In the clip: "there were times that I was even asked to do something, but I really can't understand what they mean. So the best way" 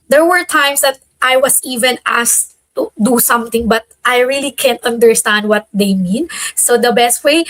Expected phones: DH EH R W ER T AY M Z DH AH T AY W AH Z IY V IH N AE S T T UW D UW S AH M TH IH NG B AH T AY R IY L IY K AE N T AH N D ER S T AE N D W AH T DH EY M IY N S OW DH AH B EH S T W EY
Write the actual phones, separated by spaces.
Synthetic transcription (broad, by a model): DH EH R W ER T AY M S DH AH T AY W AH S IY V IH N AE S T T UW D UW S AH M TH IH NG B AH T AY R IY L IY K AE N T AH N D ER S T AE N D W AH T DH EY M IY N S OW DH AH B EH S T W EY